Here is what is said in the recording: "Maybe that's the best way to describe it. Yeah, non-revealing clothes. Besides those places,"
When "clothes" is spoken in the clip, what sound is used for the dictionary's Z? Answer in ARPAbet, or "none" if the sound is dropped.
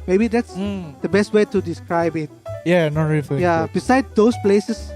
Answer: none